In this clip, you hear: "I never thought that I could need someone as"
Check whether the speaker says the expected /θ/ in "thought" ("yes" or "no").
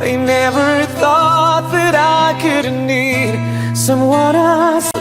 yes